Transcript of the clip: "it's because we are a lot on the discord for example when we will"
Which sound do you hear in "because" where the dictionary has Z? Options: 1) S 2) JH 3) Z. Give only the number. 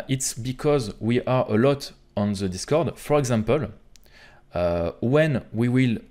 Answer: 3